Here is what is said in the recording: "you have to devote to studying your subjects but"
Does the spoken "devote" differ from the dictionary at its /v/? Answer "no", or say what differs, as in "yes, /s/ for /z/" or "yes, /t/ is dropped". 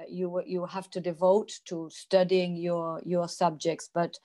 no